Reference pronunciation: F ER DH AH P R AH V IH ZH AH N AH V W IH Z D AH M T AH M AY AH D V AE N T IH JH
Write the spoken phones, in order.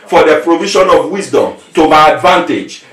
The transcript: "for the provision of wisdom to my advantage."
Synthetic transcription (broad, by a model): F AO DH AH P R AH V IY SH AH N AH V W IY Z D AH M T AH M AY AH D V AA N T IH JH